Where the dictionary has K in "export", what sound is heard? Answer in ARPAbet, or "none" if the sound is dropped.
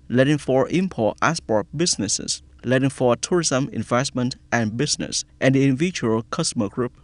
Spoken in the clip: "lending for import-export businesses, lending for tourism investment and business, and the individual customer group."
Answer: none